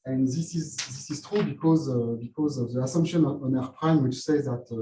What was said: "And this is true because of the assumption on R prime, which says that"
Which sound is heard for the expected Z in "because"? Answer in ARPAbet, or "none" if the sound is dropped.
Z